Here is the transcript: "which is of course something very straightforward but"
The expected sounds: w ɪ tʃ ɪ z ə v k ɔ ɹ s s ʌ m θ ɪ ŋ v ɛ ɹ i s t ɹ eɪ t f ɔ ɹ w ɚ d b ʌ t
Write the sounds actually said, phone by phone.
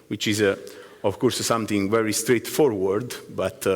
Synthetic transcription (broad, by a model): w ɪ tʃ ɪ z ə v k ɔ ɹ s s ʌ m t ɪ ŋ v ɛ ɹ i s t ɹ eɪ t f ɔ ɹ w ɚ d b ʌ t